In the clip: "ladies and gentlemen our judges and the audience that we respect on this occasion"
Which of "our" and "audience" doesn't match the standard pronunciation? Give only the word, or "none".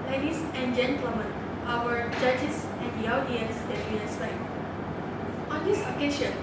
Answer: audience